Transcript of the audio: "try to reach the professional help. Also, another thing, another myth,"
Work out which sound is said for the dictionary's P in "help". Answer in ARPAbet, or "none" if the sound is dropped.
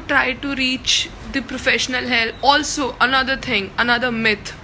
none